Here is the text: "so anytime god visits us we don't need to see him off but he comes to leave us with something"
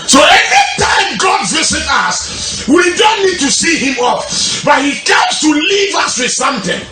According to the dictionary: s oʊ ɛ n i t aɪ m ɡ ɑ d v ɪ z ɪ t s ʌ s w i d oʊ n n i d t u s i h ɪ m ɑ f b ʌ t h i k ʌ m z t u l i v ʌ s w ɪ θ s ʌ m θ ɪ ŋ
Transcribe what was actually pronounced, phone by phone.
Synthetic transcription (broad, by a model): s oʊ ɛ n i t aɪ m ɡ ɑ d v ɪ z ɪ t ʌ s w i d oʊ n n i d t u s i h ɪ m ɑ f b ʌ t h i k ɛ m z t u l i v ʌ s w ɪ s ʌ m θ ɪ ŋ